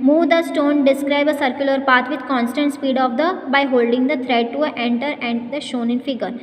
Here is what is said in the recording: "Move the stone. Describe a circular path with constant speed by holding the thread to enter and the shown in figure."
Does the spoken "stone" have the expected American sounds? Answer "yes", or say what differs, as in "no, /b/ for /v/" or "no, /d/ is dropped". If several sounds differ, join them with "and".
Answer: yes